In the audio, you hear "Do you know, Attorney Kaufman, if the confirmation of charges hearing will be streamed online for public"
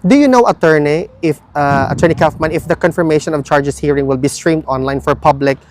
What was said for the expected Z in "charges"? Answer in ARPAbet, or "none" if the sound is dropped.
S